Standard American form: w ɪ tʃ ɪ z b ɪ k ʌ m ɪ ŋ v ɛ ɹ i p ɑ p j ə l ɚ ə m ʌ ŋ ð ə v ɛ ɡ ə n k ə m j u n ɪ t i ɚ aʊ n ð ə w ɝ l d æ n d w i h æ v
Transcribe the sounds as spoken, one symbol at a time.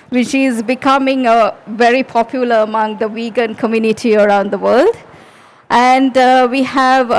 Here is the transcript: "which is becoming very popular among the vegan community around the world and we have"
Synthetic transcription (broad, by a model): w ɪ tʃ ɪ z b ɪ k ʌ m ɪ ŋ v ɛ ɹ i p ɑ p j ə l ɚ ə m ʌ ŋ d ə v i ɡ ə n k ə m j u n ɪ t i ɚ aʊ n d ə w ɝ l d æ n d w i h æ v